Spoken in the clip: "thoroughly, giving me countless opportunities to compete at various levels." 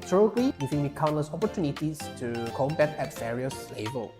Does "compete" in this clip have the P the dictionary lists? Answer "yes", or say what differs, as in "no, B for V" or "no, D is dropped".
no, B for P